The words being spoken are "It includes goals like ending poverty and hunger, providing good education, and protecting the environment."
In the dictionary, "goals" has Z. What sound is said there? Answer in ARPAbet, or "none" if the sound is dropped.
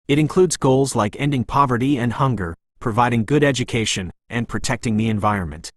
Z